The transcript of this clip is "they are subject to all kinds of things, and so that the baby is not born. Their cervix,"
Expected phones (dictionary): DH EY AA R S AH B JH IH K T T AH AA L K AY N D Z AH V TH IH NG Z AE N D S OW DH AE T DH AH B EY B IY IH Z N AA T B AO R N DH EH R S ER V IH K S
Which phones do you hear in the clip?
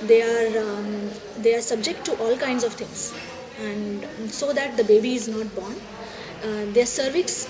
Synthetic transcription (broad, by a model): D EY AA R S AH B JH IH K T T AA L K AY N D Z AH V T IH NG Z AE N D S OW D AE T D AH B EY B IY IH Z N AA T B AO R N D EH R S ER V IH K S